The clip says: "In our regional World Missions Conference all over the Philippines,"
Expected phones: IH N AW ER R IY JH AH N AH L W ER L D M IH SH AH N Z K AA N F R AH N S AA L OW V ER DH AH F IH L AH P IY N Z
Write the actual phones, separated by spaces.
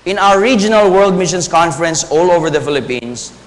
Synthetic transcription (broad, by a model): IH N AW ER R IY JH AH N AH L W ER L D M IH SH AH N S K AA N F R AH N S AA L OW V ER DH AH F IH L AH P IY N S